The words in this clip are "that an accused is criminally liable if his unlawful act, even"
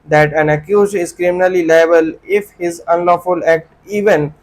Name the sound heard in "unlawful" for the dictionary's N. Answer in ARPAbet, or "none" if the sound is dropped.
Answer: N